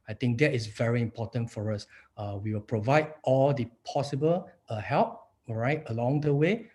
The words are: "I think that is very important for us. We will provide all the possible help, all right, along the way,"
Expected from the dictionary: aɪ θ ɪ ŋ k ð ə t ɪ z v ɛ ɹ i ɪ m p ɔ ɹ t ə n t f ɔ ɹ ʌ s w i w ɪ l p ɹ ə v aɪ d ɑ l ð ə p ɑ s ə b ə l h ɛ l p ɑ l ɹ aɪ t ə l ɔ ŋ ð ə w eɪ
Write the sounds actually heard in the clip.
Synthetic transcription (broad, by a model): aɪ t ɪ ŋ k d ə t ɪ s v ɛ ɹ i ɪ m p ɔ t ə n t f ɔ ɹ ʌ s w i w ɪ l p ɹ ə v aɪ d ɑ l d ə p ɑ s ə b ə l h ɛ l p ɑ ɹ aɪ t ə l ɔ ŋ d ə w eɪ